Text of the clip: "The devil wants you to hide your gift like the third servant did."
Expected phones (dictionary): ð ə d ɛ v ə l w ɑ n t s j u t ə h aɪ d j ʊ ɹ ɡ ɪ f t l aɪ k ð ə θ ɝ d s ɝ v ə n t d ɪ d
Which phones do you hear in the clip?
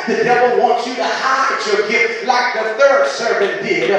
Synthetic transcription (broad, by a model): ð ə d ɛ v ə l w ɑ n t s j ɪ t ə h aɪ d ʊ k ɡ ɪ t l aɪ k ð ə θ ɝ d s ɝ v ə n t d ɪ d